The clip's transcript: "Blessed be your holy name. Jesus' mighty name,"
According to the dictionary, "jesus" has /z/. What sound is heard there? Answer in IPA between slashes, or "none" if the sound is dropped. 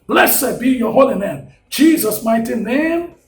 /z/